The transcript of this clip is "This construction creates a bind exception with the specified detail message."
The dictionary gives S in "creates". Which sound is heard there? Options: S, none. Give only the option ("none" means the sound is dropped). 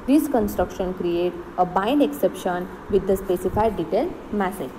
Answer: none